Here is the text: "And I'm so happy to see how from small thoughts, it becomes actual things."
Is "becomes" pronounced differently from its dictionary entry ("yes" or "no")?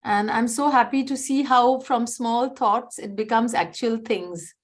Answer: no